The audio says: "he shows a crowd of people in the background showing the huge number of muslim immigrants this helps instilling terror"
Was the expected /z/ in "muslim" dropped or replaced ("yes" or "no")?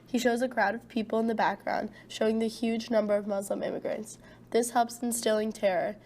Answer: no